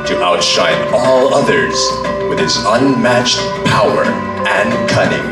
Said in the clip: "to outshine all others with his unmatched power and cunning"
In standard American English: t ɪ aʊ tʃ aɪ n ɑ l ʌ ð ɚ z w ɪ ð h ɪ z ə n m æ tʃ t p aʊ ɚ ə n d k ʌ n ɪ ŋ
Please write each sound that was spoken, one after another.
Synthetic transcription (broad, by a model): t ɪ aʊ tʃ aɪ n ɑ l ʌ ð ɚ z w ɪ ð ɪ s ə n m æ tʃ t p aʊ ɚ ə n k ʌ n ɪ ŋ